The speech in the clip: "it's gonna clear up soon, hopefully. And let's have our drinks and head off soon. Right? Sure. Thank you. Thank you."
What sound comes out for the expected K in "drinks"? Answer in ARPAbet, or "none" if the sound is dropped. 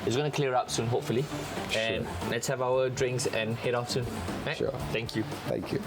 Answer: K